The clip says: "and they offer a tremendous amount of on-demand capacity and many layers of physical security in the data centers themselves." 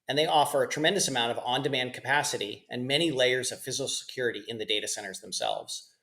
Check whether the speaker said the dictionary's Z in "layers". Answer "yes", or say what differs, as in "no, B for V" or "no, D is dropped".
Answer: yes